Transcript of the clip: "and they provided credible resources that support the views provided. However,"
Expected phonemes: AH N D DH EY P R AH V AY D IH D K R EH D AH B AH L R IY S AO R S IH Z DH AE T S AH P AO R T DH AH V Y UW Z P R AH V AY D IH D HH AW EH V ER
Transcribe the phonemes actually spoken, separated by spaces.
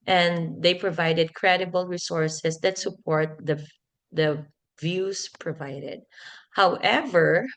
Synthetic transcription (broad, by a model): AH N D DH EY P R AH V AY D IH D K R EH D AH B AH L R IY S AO R S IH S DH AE T S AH P AO R T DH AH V Y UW S P R AH V AY D IH D HH AW EH V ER